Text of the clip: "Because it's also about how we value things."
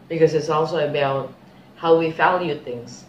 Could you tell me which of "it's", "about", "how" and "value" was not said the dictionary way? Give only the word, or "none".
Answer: value